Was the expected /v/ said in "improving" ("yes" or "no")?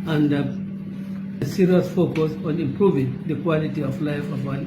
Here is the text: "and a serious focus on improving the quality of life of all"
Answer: yes